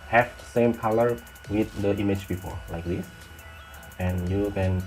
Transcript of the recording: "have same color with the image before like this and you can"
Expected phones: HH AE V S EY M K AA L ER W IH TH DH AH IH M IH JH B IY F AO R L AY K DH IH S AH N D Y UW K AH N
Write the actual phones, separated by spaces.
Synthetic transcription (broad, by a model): HH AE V S EY M K AA L ER W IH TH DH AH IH M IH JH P IY P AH L L AY K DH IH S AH N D Y UW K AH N